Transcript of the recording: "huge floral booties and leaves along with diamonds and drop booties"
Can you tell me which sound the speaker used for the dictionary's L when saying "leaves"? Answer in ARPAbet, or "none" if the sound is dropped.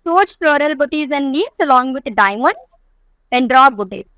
N